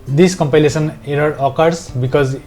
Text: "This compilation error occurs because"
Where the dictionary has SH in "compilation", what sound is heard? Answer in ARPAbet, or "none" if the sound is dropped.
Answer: S